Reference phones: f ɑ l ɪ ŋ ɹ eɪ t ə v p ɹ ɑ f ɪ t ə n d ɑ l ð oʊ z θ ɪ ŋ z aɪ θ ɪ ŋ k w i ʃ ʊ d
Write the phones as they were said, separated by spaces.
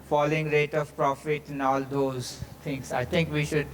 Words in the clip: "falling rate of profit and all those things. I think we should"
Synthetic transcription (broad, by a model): f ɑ l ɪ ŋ ɹ eɪ t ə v p ɹ ɑ f ɪ t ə n ɑ l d oʊ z t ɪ ŋ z aɪ t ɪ ŋ k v i ʃ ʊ d